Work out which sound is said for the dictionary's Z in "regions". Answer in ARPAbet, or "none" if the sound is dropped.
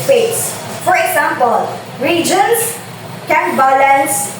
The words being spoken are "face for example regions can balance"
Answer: S